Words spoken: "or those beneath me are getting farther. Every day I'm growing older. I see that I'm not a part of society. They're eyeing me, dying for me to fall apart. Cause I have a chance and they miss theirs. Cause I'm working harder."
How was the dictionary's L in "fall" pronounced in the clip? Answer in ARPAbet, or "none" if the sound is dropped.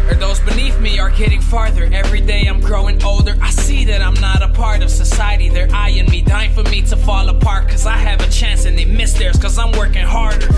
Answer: L